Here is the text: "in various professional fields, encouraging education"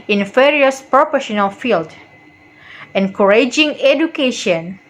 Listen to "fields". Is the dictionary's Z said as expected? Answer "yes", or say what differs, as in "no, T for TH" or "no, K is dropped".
no, Z is dropped